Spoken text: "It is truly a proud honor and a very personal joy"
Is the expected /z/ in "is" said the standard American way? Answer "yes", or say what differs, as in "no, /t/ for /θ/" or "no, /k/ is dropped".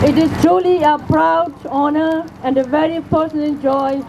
no, /s/ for /z/